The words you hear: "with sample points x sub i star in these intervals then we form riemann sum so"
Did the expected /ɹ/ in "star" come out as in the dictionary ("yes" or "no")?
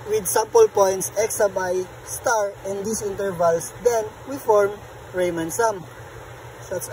yes